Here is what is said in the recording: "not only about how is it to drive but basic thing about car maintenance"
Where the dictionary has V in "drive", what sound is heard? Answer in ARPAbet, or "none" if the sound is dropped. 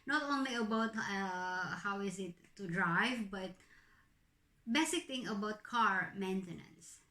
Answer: V